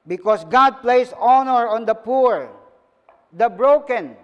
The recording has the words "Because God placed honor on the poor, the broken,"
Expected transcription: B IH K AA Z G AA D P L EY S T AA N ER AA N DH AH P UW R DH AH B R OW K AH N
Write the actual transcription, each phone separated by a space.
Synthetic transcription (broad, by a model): B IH K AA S G AA D P L EY S AA N ER AA N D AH P UW R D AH B R OW K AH N